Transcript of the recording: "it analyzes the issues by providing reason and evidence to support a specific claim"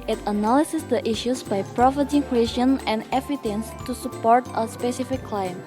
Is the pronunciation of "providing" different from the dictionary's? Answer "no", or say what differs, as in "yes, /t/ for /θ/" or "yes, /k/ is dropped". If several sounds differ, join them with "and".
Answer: yes, /f/ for /v/